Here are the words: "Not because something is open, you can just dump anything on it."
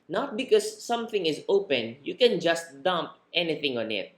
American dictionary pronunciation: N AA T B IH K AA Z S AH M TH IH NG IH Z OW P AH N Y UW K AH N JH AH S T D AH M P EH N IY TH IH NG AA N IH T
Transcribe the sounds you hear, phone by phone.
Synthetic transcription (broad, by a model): N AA T B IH K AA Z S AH M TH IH NG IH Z OW P AH N Y UW K AH N JH AH S T D AH M P EH N IY TH IH NG AA N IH T